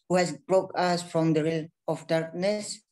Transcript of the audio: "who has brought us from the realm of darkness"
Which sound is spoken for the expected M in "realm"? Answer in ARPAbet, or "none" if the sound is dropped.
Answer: none